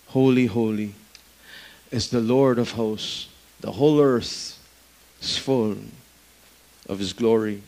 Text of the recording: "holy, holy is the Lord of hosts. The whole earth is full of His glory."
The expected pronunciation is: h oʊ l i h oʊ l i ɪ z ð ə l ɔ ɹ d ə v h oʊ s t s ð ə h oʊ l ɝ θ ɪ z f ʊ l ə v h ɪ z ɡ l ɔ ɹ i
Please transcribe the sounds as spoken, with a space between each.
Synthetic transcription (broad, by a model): h oʊ l i h oʊ l i ɪ z ð ə l ɔ ɹ d ə v h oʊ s s ð ə h oʊ l ɝ θ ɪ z f ʊ l ə v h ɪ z ɡ l ɔ ɹ i